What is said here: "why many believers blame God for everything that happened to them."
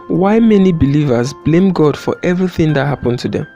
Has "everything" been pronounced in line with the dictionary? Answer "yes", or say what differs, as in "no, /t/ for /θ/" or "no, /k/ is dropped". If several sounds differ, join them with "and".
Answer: yes